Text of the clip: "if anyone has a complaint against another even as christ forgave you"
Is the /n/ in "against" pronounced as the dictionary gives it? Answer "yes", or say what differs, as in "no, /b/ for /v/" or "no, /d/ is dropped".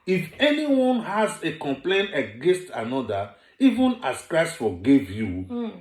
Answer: yes